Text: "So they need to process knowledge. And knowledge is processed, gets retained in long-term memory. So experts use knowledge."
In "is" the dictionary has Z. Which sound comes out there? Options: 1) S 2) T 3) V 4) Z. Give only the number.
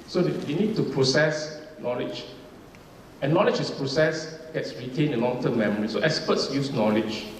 1